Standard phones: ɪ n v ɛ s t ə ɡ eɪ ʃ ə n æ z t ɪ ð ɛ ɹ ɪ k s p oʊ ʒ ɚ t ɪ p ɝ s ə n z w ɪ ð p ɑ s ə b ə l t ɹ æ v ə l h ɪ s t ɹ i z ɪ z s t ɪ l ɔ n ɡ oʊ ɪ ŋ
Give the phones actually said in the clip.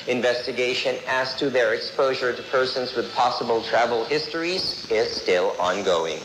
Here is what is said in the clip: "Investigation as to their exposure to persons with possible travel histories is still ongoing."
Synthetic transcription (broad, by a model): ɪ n v ɛ s t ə ɡ eɪ ʃ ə n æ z t ɪ ð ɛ ɹ ɪ k s p oʊ ʒ ɚ t ɪ p ɝ s ə n z w ɪ ð p ɑ s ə b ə l t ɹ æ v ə l h ɪ s t ɹ i z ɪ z s t ɪ l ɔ n ɡ oʊ ɪ ŋ